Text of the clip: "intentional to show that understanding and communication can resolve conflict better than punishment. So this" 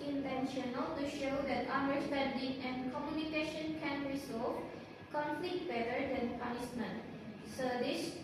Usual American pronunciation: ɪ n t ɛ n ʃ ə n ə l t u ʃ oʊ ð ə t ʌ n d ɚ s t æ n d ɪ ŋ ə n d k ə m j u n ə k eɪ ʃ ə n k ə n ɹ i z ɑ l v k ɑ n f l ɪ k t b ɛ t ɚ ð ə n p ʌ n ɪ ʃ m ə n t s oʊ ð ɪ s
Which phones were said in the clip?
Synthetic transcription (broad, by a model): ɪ n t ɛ n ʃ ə n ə l t u ʃ oʊ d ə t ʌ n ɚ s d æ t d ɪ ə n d k ə m j u n ə k eɪ ʃ ə n k ə n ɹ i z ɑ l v k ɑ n f l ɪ k t b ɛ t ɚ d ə n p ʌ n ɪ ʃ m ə n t s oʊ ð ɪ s